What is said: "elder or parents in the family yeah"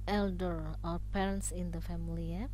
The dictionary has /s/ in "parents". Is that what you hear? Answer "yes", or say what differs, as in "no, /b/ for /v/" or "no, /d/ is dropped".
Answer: yes